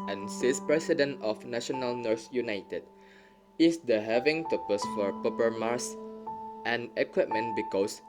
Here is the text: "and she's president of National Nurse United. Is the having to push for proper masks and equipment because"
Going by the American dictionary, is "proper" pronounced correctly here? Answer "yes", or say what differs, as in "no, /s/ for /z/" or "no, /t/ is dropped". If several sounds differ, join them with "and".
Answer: no, /ɹ/ is dropped